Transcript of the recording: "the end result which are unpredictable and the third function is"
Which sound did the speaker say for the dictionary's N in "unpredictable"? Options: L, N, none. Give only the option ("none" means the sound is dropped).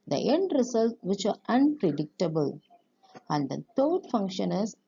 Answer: N